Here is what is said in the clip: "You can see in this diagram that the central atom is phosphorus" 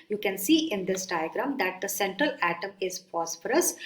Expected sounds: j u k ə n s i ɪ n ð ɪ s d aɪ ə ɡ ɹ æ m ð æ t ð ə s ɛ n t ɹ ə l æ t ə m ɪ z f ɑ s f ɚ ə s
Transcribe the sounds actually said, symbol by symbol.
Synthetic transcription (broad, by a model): j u k ə n s i ɪ n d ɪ s d aɪ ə ɡ ɹ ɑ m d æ t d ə s ɛ n t ɹ ə l æ t ə m ɪ z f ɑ s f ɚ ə s